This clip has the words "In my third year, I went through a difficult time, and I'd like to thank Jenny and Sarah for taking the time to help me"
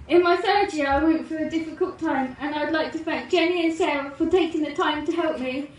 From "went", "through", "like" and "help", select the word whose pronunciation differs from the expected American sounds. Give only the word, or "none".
through